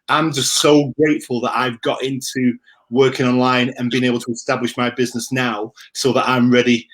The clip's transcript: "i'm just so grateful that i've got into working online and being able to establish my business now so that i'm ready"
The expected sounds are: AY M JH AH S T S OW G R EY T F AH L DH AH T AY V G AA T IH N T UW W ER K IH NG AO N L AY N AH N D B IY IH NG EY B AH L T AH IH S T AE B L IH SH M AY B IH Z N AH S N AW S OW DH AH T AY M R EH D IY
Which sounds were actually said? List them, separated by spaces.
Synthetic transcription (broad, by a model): AY M JH AH S T S OW G R EY T F AH L DH AH T AY V G AA T IH N T UW W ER K IH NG AO N L AY N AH N B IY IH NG EY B L T AH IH S T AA B L IH SH M AY B IH Z N AH S N AW S OW DH AH T AY M R EH D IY